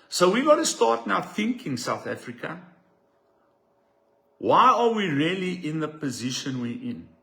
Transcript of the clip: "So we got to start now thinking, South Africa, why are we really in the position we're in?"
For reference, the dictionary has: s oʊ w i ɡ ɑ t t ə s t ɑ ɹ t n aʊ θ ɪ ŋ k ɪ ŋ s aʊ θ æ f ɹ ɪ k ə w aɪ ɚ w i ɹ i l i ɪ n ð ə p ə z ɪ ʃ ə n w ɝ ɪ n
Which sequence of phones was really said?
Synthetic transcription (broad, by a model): s oʊ w i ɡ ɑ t t ə s t ɑ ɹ t n aʊ θ ɪ ŋ k ɪ ŋ s aʊ θ æ f ɹ ɪ k ə w aɪ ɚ w i ɹ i l i ɪ n ð ə p ə z ɪ ʃ ə n w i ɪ n